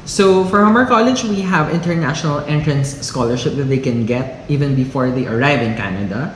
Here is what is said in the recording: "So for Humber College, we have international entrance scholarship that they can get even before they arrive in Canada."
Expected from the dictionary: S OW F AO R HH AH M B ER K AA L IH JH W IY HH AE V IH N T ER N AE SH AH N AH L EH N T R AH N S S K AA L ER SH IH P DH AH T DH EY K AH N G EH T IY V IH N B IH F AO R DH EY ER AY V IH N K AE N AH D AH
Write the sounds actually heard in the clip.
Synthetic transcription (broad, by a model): S OW F AO R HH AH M ER K AA L IH JH W IY HH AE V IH N T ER N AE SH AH N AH L EH N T R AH N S S K AA L ER SH IH P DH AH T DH EY K AH N G EH T IY V IH N B IH F AO R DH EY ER AY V IH N K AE N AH D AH